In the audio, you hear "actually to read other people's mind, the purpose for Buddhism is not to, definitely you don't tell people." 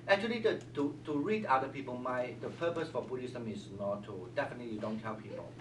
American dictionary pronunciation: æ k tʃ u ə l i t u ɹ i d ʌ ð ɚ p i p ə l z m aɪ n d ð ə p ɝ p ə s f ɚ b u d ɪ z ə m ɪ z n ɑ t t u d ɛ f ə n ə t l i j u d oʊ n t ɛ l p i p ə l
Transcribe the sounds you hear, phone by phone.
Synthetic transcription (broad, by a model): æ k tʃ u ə l i t u ɹ i d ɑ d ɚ p i p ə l m aɪ d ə p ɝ p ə s f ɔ b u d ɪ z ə m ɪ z n ɑ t t u d ɛ f ə n ə t l i j u d oʊ n t ɛ l p i p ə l